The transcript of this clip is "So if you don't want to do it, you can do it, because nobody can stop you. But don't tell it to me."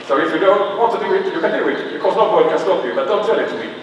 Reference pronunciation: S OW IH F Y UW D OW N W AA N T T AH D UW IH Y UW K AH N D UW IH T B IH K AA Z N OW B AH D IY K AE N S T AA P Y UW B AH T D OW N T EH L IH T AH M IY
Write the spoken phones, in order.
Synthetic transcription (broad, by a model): S OW IH F Y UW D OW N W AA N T T AH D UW IH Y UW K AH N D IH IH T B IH K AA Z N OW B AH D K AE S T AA F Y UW B AH T D OW N T EH L IH T AH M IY